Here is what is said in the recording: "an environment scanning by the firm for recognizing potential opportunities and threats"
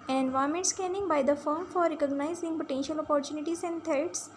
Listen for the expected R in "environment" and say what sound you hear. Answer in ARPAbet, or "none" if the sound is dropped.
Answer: none